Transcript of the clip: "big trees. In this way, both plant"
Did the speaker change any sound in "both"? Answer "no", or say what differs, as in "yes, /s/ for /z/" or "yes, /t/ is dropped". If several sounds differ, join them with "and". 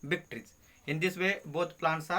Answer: yes, /t/ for /θ/